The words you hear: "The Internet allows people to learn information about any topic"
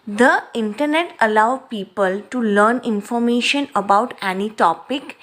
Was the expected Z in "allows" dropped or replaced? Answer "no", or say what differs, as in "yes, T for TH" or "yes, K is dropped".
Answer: yes, Z is dropped